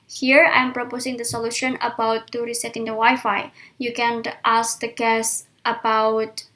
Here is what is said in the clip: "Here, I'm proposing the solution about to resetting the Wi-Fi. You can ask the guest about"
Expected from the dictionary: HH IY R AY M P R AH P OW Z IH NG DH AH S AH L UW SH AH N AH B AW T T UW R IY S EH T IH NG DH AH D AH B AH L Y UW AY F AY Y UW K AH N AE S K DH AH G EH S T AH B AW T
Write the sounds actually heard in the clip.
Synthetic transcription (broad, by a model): HH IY R AY M P R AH P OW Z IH NG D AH S AH L UW SH AH N AH B AW T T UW R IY S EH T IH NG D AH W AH Y F AY Y UW K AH N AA S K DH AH G EH S T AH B AW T